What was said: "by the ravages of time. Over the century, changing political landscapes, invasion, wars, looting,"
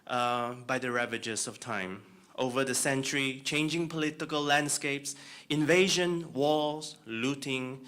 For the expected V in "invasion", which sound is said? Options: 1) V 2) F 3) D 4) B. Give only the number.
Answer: 1